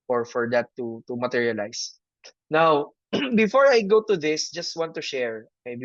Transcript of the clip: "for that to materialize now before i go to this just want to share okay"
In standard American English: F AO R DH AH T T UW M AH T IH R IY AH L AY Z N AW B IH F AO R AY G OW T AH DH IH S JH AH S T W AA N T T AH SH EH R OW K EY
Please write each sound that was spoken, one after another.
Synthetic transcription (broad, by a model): F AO R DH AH T T UW M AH T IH R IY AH L AY S N AW B IH F AO R AY G OW T AH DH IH S JH AH S T W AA N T T AH SH EH R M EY